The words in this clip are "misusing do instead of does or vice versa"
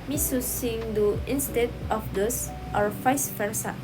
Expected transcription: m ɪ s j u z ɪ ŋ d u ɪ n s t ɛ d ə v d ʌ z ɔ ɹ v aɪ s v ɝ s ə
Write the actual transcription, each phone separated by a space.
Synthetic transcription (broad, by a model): m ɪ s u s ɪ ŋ d u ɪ n s t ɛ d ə f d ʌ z ɔ ɹ f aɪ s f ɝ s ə